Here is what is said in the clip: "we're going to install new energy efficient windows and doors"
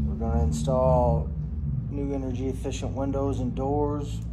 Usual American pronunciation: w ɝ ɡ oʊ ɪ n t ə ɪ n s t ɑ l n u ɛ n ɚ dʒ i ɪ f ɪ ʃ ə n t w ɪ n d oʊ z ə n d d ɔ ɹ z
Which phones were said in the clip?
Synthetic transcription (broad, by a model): w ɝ ɡ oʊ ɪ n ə ɪ n s t ɑ l n u ɛ n ɚ dʒ i ɪ f ɪ ʃ ə n t w ɪ n d oʊ z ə n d d ɔ ɹ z